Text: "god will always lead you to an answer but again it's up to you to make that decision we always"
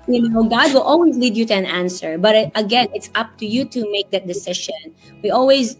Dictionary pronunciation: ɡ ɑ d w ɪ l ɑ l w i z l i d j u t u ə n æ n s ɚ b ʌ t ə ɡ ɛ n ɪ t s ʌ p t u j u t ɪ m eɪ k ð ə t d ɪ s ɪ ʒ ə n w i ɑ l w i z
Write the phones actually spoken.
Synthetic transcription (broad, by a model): ɡ ɑ d w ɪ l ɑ l w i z l i d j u t u ə n æ n s ɚ b ʌ t ə ɡ ɛ n ɪ t s ʌ p t u j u t ɪ m eɪ k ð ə t d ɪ s ɪ ʃ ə n w i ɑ l w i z